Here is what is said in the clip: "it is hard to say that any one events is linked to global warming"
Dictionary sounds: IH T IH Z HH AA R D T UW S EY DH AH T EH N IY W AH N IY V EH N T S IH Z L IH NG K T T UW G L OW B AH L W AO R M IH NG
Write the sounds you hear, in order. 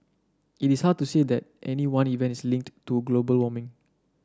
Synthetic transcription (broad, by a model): IH T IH S HH AA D T UW S EY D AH T EH N IY W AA N IY V EH N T IH S L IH NG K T T UW G L OW B AH L W AO M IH NG